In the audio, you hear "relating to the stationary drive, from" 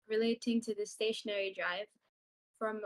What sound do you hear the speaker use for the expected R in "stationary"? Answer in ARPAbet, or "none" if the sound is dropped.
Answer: R